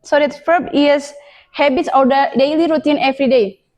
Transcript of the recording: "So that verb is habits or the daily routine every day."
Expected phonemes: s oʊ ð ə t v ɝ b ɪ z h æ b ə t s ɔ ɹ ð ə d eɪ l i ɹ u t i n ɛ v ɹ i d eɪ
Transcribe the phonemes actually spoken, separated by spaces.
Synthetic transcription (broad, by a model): s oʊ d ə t f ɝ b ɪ s h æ b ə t s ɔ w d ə d eɪ l i ɹ u t i n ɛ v ɹ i d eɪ